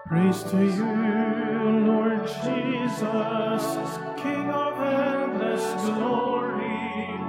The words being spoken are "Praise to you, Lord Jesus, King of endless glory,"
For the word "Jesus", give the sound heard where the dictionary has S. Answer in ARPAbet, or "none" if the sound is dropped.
S